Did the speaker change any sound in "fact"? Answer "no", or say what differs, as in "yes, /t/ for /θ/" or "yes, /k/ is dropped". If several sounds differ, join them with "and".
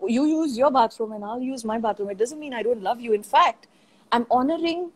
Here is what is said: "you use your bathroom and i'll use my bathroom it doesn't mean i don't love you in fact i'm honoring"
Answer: no